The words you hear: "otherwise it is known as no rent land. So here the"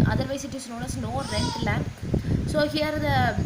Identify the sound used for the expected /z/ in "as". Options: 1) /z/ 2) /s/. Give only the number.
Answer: 2